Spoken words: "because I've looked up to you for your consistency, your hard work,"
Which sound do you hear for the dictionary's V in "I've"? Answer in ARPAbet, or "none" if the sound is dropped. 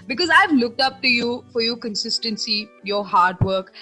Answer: V